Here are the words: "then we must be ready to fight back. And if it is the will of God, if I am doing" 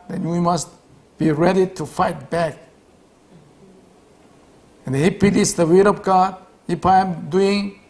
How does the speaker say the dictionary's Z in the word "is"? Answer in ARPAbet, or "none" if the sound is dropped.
S